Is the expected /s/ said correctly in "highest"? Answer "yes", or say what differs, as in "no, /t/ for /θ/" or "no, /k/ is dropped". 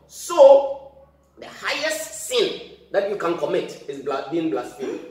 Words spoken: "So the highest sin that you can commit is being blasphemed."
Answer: yes